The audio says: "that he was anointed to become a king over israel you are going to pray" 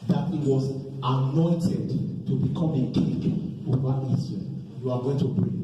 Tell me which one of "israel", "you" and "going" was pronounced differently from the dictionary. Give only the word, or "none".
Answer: israel